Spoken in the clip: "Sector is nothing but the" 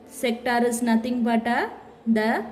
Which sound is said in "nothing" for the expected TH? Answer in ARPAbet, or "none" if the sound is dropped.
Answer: T